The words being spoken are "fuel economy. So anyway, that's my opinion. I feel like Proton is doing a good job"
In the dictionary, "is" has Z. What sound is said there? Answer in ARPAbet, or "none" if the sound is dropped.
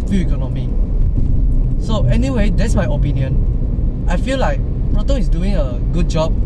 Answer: S